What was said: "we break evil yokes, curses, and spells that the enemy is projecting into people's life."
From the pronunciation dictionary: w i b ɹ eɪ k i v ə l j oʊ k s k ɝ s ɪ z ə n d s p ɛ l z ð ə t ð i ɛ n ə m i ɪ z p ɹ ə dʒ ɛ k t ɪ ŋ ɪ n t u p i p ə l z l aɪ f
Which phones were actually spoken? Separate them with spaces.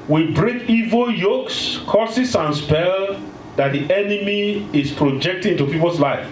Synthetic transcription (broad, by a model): w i b ɹ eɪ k i v ə l j oʊ k s k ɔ s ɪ s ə n s p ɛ l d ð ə t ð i ɛ n ə m i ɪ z p ɹ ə dʒ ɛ k t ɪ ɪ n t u p i p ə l s l aɪ f